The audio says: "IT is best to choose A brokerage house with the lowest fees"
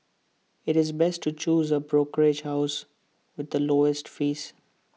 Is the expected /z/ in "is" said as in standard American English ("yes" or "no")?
yes